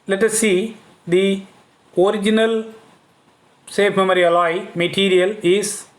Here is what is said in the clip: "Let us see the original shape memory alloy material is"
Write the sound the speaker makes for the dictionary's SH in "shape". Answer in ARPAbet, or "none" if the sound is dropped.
S